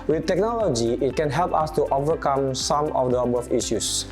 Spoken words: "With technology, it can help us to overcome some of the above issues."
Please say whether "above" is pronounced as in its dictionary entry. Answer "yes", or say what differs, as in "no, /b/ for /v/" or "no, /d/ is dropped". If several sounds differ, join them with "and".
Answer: no, /f/ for /v/